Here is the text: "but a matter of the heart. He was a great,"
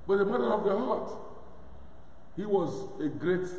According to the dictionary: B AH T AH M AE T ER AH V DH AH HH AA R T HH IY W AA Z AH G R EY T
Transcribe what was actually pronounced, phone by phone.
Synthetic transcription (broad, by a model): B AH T AH M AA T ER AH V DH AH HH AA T HH IY W AA Z AH G R EY T